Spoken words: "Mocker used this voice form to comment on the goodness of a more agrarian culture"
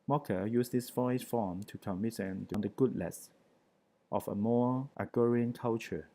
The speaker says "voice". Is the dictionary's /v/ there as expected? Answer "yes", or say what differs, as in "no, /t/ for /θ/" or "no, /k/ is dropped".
no, /f/ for /v/